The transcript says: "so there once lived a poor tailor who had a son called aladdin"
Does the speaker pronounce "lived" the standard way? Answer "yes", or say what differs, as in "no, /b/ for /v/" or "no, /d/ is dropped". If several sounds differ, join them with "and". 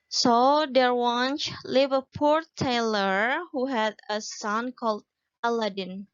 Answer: no, /d/ is dropped